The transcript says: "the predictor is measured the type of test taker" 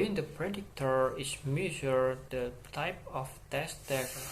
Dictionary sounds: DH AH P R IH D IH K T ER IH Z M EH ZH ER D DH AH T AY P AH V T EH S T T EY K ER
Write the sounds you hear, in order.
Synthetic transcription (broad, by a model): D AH P R IH D IH K T ER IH S M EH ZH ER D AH T AY P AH F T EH S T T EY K